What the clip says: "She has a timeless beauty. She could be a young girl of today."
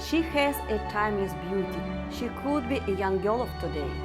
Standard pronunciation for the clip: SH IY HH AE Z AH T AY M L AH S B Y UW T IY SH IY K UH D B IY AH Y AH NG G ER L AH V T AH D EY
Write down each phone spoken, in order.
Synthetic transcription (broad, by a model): SH IY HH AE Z AH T AY M AH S B Y UW T IY SH IY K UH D B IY AH Y AH NG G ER L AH P T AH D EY